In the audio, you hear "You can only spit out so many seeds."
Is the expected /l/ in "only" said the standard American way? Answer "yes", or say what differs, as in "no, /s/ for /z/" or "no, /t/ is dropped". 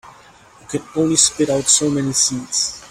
no, /l/ is dropped